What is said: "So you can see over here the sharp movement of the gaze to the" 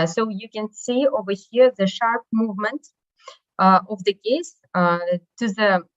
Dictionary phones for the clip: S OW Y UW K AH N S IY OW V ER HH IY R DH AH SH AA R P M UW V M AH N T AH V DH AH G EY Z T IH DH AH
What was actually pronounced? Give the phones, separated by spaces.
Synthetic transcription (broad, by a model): S OW Y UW K AH N S IY OW V ER HH IY R DH AH SH AA R P M UW V M AH N T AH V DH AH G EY S T IH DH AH